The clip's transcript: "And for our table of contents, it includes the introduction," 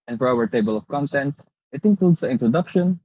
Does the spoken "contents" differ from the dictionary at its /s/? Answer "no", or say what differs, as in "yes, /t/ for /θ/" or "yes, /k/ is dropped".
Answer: yes, /s/ is dropped